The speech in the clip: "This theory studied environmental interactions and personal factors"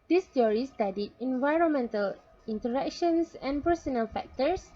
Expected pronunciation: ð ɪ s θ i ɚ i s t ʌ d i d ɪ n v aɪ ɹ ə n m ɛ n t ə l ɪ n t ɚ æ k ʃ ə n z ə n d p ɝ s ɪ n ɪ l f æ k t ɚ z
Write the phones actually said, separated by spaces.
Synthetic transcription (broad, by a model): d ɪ s t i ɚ i s t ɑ d i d ɪ n v aɪ ɹ ə n m ɛ n t ə l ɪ n t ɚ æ k ʃ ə n s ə n p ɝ s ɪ n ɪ l f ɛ k t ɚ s